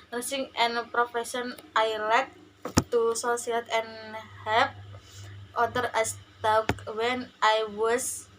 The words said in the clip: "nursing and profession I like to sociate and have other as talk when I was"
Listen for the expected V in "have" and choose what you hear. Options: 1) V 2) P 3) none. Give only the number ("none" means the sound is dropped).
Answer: 2